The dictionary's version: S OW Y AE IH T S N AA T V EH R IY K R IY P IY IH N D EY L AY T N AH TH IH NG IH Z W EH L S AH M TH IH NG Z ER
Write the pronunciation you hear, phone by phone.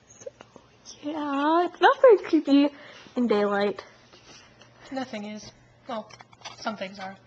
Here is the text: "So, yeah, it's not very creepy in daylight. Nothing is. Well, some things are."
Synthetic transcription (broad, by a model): S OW Y AE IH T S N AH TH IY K IH B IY IH N D EY L AY T N AH TH IH NG IH Z W EH L S AH M TH IH NG Z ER